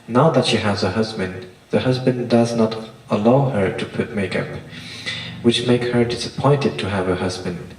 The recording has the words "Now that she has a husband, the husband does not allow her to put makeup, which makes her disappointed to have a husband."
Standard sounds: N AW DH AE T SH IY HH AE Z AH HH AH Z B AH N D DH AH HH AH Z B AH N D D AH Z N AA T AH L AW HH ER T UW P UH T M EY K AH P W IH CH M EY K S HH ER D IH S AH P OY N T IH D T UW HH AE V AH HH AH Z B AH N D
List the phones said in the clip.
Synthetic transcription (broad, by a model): N AW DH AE T SH IY HH AE Z AH HH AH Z B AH N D DH AH HH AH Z B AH N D D AH Z N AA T AH L AW HH ER T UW P UH T M EY K AH P W IH CH M EY K S HH ER D IH S AH P OY N T IH D T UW HH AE V AH HH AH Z B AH N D